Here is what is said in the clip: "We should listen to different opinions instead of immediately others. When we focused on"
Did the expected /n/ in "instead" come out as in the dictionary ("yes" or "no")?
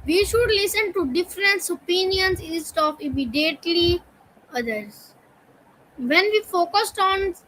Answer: no